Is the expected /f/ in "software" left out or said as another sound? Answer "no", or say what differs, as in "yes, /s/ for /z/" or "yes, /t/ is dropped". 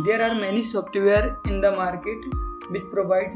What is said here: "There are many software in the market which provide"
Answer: yes, /p/ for /f/